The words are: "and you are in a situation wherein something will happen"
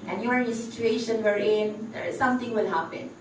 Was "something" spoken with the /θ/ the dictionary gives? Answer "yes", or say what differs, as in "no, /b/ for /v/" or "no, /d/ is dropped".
no, /t/ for /θ/